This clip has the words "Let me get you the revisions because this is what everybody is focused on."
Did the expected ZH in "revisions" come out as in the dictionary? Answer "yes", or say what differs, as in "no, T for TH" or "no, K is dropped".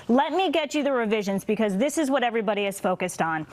yes